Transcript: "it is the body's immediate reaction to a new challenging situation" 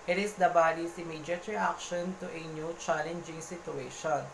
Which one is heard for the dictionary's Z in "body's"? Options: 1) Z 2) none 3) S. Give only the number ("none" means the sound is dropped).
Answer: 3